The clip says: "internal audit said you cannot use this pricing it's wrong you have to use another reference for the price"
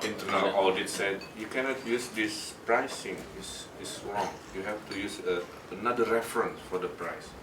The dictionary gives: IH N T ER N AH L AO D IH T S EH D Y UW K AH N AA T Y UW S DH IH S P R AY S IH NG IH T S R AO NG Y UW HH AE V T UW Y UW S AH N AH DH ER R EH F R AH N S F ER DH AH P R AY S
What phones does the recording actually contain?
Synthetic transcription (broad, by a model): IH N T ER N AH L AO D IH T S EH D Y UW K AH N AA T Y UW S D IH S P R AY S IH NG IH S S R AO NG Y UW HH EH F T UW Y UW S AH N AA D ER R EH F R AH N S F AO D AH P R AY S